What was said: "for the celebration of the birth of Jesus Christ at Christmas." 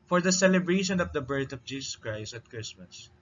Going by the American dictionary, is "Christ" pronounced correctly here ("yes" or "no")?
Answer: yes